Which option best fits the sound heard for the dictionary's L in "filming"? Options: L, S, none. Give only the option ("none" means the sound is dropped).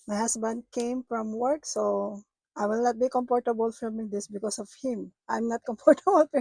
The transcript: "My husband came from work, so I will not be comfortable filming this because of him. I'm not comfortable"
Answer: none